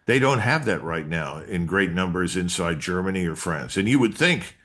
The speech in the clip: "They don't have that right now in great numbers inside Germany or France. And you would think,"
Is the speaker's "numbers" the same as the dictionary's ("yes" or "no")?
yes